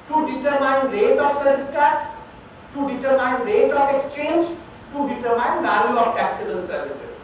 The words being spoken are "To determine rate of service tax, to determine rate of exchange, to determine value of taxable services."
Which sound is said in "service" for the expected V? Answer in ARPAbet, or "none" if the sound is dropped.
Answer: none